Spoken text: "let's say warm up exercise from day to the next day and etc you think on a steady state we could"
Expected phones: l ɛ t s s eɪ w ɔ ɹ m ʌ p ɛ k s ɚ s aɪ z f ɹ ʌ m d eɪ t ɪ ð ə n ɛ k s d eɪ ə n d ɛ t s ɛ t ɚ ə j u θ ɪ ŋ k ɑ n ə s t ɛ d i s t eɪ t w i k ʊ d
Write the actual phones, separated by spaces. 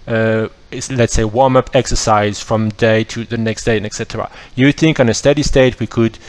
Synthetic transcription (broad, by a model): l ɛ t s s eɪ w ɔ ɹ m ʌ p ɛ k s ɚ s aɪ z f ɹ ʌ m d eɪ t ɪ ð ə n ɛ k s d eɪ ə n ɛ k s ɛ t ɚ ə j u θ ɪ ŋ k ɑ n ə s t ɛ d i s t eɪ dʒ w i k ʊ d